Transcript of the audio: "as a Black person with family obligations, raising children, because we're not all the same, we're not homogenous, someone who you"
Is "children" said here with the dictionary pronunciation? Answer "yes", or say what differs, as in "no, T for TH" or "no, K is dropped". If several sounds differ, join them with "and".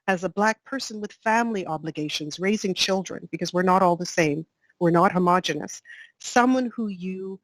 yes